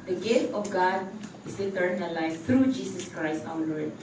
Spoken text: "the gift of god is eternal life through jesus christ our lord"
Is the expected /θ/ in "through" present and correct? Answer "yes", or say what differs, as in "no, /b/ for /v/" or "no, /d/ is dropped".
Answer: no, /t/ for /θ/